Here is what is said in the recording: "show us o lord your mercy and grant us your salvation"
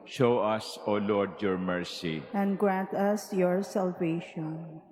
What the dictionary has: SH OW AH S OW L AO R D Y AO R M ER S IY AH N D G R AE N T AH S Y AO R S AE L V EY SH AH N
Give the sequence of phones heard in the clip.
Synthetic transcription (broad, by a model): SH OW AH S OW L AO R D Y AO R M ER S IY AH N D G R AE N T AH S Y AO R S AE L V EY SH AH N